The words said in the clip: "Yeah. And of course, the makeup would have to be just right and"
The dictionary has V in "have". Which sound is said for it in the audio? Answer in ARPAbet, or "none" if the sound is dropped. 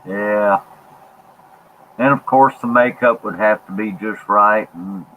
F